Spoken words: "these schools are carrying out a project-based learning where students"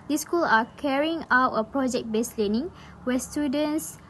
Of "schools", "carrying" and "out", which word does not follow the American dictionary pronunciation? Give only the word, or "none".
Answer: schools